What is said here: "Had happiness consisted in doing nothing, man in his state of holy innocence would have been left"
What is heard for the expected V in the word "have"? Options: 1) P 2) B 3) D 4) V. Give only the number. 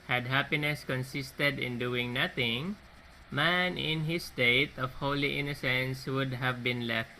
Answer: 4